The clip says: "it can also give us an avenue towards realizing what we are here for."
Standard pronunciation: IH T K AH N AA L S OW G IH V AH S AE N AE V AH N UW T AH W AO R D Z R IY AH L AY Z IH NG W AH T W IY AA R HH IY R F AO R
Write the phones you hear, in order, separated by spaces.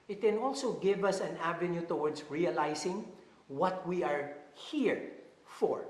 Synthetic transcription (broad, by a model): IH T K AH N AA L S OW G IH V AH S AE N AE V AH N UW T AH W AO R D S R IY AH L AY S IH NG W AH T W IY AA R HH IY R F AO R